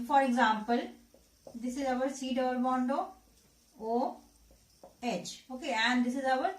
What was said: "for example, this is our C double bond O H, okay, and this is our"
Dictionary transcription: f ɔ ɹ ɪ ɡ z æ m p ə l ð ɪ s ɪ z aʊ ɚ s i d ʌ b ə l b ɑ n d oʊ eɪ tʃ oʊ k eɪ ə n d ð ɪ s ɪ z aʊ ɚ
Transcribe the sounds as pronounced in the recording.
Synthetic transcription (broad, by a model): f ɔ ɹ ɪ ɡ z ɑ m p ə l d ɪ s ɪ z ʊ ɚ s i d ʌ ə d b ɑ n d oʊ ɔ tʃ oʊ k eɪ ə n d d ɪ s ɪ z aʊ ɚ